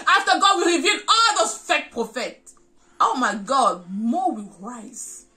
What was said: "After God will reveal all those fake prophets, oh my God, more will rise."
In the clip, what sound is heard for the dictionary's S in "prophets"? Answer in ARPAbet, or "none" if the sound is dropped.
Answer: none